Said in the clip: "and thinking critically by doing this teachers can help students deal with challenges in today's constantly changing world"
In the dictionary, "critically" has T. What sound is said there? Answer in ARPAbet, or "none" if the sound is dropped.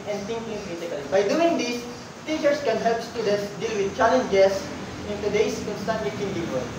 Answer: S